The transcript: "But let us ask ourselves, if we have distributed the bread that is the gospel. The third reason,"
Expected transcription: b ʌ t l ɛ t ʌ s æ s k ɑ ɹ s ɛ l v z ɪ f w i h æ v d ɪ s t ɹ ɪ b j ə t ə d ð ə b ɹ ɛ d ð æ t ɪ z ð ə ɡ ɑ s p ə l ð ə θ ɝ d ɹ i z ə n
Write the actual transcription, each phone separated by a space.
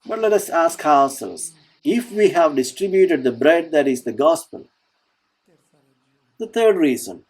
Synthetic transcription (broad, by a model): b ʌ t l ɛ t ʌ s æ s k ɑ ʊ s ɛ l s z ɪ f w i h æ v d ɪ s t ɹ ɪ b j ə t ə d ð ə b ɹ ɛ d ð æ t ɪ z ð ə ɡ ɑ s p ə l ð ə t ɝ d ɹ i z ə n